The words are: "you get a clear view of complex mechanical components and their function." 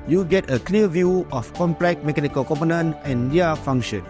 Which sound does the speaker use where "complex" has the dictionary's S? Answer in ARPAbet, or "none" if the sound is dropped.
none